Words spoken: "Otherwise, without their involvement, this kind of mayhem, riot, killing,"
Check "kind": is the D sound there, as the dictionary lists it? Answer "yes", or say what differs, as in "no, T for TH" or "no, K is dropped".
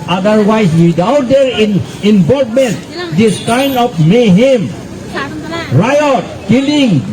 no, D is dropped